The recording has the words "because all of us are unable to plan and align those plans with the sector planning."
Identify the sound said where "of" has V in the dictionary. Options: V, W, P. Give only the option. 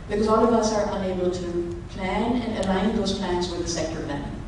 V